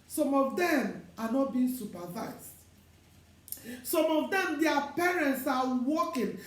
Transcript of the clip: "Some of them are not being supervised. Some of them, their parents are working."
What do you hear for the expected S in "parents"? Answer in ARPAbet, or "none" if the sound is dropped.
S